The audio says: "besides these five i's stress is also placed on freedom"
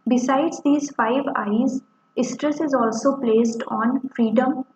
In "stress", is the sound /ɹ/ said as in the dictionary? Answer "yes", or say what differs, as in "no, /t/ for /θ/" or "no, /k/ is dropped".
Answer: yes